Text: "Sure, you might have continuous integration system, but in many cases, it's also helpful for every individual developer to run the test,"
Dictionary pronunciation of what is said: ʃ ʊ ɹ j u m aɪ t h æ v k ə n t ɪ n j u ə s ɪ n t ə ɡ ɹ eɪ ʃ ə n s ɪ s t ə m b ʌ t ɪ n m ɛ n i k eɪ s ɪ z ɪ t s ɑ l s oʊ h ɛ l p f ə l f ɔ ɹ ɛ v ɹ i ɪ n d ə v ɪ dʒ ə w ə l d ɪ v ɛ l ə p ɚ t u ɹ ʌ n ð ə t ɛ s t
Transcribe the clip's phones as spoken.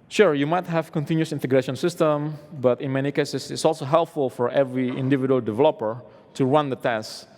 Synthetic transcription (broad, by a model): ʃ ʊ ɹ j u m aɪ t h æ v k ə n t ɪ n j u s ɪ n t ə ɡ ɹ eɪ ʃ ə n s ɪ s t ə m b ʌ t ɪ n m ɛ n i k eɪ s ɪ s ɪ t s ɑ l s oʊ h ɛ l p f ə l f ɔ ɹ ɛ v ɹ i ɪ n d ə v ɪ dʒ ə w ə l d ɪ v ɛ l ə p ɚ t u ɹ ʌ n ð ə t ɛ s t